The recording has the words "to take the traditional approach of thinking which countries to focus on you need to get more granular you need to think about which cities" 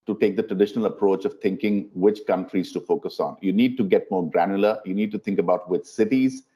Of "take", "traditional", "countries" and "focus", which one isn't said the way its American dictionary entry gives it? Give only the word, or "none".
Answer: none